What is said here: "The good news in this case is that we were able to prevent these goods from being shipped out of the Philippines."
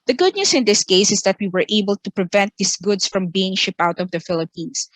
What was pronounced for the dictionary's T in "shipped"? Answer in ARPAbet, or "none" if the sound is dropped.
none